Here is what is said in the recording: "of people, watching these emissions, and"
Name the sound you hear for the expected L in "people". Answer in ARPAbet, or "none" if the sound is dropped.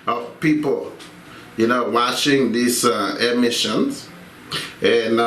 N